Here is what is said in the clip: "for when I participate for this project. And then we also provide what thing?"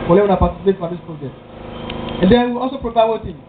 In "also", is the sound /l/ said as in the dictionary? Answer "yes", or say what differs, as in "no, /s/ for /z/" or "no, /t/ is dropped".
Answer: yes